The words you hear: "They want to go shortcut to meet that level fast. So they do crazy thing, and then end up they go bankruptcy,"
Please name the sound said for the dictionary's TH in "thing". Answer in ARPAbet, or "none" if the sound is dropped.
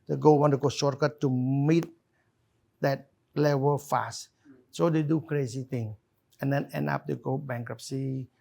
T